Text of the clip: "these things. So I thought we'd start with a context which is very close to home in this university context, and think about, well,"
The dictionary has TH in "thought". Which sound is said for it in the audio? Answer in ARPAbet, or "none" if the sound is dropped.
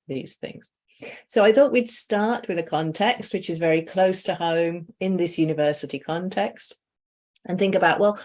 TH